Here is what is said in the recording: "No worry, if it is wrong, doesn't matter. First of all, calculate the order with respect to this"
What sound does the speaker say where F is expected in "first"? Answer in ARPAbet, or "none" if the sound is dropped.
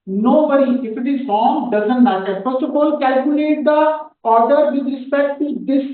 P